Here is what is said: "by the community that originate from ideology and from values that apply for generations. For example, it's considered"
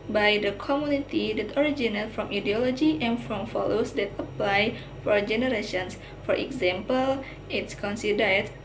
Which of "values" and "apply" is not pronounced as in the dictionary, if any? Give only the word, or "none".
values